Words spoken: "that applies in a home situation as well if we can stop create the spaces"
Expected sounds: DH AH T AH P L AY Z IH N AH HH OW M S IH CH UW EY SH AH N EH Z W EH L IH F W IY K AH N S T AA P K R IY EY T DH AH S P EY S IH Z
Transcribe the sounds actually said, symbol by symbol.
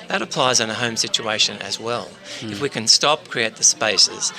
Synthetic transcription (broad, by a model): DH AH T AH P L AY Z IH N AH HH OW M S IH CH UW EY SH AH N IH Z W EH L IH F W IY K AH N S T AA P K R IY EY T DH AH S P EY S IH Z